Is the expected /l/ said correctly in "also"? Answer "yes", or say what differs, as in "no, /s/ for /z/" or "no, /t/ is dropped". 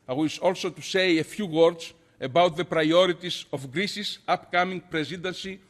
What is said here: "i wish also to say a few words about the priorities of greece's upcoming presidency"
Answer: yes